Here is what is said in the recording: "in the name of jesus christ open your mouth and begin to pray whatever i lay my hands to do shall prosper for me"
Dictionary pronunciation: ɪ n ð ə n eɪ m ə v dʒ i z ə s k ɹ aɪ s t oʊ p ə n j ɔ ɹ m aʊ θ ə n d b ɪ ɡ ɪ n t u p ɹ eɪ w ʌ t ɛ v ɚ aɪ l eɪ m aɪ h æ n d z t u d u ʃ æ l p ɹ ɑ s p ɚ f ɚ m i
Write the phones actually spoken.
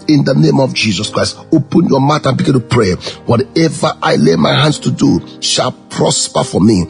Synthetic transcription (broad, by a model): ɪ n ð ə n eɪ m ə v dʒ i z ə s k ɹ aɪ s t oʊ p ə n j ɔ m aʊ t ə n b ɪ ɡ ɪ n t u p ɹ eɪ w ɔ t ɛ v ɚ aɪ l eɪ m aɪ h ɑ n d s t u d u ʃ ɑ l p ɹ ɑ s p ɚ f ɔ m i